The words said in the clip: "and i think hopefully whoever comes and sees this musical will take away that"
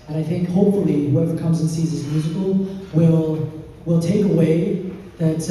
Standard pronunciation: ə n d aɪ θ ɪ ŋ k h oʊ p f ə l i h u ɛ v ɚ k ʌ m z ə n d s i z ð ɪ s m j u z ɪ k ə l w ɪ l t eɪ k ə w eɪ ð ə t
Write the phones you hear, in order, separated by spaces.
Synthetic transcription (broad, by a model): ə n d aɪ θ ɪ ŋ k h oʊ p f l i h u ɛ v ɚ k ʌ m z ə n s i z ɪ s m j u z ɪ k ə l w ɪ l t eɪ k ə w eɪ ð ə t